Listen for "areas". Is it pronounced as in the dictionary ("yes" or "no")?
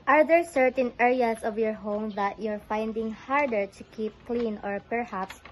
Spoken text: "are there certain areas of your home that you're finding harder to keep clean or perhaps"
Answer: no